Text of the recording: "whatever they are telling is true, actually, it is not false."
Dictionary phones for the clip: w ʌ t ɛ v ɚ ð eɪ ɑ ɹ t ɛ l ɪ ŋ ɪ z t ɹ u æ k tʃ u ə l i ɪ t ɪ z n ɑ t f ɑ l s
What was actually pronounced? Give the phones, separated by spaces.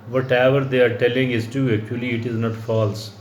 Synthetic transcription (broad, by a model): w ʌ t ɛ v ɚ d eɪ ɑ ɹ t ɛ l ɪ ŋ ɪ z t u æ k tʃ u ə l i ɪ t ɪ z n ɑ t f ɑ l s